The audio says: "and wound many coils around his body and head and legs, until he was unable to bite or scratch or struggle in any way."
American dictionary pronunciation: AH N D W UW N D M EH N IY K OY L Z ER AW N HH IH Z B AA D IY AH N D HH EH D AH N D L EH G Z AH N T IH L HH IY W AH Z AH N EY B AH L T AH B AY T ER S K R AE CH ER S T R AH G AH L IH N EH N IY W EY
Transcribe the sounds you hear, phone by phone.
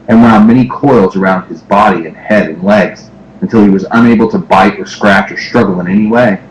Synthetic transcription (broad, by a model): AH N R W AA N M EH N IY K OY L Z ER AW N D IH Z B AA D IY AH N HH EH D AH N L EH G Z AH N T IH L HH IY W AH Z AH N EY B L T AH B AY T ER S K R AE CH ER S T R AH G L IH N EH N IY W EY